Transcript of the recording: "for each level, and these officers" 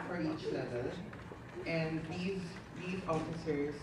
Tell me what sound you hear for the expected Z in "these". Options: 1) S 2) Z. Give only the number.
2